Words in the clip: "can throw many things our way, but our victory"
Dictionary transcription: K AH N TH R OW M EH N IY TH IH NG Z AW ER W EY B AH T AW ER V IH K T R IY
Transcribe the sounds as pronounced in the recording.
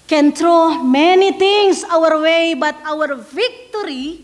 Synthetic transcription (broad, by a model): K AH N T R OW M EH N IY T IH NG S AW ER W EY B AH T AW ER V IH K T R IY